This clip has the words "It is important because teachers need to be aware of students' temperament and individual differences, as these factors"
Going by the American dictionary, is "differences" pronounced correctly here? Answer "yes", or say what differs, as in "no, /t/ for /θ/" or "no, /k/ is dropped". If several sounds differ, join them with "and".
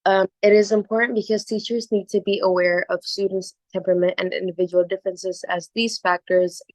yes